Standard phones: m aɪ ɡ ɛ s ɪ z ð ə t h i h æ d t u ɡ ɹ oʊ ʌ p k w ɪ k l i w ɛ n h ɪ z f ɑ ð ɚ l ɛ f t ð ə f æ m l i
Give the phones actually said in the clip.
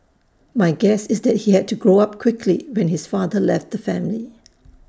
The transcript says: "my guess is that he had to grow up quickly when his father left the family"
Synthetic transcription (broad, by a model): m aɪ ɡ ɛ s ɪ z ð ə t h i h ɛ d t u ɡ ɹ oʊ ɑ p k w ɪ k l i w ɛ n h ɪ s f ɑ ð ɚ l ɛ f t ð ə f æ m l i